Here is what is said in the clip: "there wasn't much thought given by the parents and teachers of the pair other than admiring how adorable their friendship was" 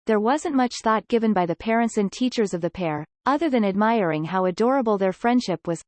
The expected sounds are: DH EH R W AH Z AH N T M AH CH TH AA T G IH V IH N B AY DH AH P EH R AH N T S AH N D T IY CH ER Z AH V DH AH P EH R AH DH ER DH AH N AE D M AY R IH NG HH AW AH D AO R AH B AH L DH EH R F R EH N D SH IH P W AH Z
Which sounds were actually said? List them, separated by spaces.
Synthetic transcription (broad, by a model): DH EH R W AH Z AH N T M AH CH TH AA T G IH V IH N B AY DH AH P EH R AH N T S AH N T IY CH ER Z AH V DH AH P EH R AH DH ER DH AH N AE D M AY R IH NG HH AW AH D AO R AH B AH L DH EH R F R EH N D SH IH P W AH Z